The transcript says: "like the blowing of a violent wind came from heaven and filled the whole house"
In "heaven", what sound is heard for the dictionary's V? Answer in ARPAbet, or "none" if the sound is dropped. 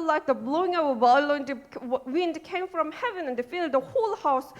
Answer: V